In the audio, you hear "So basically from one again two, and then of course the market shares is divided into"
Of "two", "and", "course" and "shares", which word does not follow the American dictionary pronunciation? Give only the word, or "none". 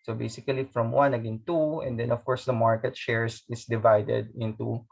shares